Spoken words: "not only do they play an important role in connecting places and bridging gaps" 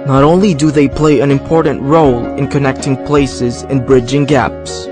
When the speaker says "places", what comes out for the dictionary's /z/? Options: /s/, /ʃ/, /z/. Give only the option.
/z/